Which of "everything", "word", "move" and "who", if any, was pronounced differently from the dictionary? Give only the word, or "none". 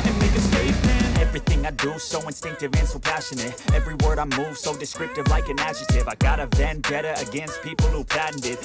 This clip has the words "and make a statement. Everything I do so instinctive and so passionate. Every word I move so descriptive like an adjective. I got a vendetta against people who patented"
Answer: none